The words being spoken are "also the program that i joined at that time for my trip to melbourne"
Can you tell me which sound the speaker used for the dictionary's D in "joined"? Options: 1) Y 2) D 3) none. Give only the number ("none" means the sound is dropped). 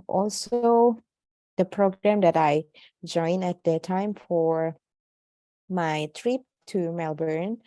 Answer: 3